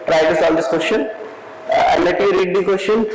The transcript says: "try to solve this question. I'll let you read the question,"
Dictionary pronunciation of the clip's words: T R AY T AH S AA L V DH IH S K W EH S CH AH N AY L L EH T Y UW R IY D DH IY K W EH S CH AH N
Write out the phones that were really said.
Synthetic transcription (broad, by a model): T R AY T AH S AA L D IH S K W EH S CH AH N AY N L EH T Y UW R IY D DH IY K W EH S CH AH N